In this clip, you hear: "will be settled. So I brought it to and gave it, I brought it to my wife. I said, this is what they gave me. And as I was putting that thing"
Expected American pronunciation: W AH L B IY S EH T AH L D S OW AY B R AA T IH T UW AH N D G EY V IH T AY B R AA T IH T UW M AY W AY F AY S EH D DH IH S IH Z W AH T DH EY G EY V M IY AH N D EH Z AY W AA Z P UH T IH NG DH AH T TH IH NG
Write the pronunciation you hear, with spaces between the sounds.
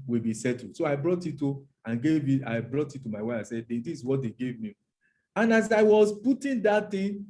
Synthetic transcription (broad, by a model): W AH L B IY S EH T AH D S OW AY B R AA T IH T UW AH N G EY V IH T AY B R AA T IH T UW M AY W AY AY S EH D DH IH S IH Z W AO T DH EY G EY V M IY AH N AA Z AY W AA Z P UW T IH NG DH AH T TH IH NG